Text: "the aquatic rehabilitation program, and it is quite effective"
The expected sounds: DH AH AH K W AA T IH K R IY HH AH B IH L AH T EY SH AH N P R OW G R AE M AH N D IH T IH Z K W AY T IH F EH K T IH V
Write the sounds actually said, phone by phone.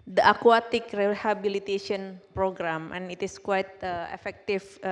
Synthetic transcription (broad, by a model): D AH AH K W AA T IH K R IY HH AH B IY L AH T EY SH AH N P R OW G R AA M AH N IH T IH S K W AY T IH F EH K T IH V